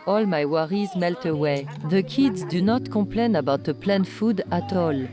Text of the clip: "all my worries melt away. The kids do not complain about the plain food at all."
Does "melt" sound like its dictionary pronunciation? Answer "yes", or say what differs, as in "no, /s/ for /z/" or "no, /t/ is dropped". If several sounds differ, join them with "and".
yes